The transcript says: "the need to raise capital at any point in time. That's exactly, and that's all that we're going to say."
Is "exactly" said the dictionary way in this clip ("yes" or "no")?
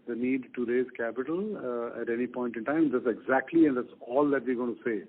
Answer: yes